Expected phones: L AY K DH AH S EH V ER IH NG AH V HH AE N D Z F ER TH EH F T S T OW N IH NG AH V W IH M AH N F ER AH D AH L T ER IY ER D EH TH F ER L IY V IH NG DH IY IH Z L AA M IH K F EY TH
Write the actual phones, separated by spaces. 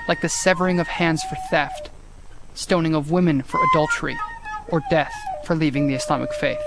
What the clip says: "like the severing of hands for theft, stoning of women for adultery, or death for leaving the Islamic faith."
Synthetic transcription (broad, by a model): L AY K DH AH S EH V ER IH NG AH V HH AE N D Z F ER TH EH F T S T OW N IH NG AH V W IH M AH N F ER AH D AH L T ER IY ER D EH TH F ER L IY V IH NG DH IY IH S L AA M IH K F EY TH